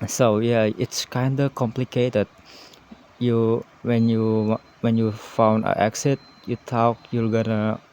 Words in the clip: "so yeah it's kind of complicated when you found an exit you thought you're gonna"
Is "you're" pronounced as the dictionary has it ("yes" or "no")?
no